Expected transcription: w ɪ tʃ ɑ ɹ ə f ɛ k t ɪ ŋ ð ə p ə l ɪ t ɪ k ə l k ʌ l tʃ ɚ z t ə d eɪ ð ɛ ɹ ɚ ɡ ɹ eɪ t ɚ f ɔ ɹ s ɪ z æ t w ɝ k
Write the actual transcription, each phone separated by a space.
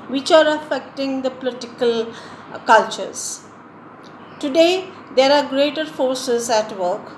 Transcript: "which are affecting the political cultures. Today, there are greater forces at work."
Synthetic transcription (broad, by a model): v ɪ tʃ ɑ ɹ ə f ɛ k t ɪ ŋ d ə p ə l ɪ t ɪ k ə l k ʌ l tʃ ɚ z t ə d eɪ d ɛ ɹ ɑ ɡ ɹ eɪ t ɚ f ɔ ɹ s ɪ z æ t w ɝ k